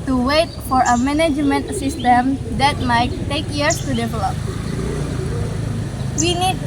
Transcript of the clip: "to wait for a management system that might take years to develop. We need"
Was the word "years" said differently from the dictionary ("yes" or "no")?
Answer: yes